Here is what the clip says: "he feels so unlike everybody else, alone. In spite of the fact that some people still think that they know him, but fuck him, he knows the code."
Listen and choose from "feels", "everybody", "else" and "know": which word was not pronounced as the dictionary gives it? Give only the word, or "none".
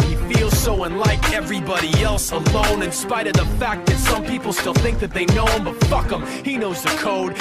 none